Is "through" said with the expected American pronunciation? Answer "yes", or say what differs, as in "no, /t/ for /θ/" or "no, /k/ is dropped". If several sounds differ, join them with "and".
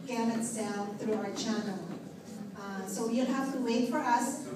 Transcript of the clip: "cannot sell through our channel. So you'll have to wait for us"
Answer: yes